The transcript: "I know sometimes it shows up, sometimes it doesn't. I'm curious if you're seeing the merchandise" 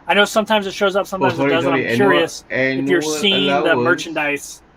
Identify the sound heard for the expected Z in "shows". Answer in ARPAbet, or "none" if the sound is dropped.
Z